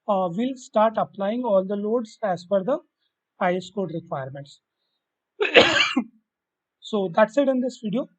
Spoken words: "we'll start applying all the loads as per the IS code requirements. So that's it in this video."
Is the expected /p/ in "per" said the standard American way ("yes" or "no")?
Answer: no